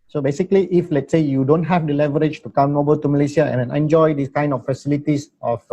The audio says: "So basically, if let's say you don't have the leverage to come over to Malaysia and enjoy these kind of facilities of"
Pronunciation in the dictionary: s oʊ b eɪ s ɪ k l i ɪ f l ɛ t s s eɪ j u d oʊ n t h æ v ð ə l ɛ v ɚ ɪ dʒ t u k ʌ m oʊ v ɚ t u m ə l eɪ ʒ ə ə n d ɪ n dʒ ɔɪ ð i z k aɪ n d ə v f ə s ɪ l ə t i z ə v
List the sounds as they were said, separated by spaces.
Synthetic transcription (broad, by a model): s oʊ b eɪ s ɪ k l i ɪ f l ɛ t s s eɪ j u d oʊ n t h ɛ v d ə l ɛ v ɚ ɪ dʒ t u k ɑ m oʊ b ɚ t u m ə l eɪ s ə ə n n ɪ n dʒ ɔɪ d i s k aɪ n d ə f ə s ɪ l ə t i s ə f